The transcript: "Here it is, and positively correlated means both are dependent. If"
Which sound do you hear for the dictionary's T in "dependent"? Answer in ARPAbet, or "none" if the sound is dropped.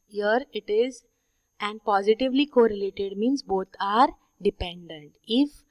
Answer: T